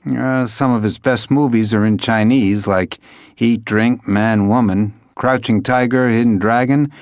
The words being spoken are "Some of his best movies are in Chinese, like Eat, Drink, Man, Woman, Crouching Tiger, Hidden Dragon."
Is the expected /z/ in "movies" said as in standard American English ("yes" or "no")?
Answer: yes